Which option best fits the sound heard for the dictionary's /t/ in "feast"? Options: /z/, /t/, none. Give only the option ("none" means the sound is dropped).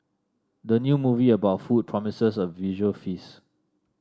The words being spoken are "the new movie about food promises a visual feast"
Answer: none